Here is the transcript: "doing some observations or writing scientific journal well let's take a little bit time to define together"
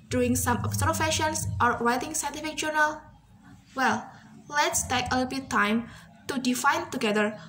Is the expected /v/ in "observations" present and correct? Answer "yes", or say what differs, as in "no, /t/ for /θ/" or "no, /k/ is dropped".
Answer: no, /f/ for /v/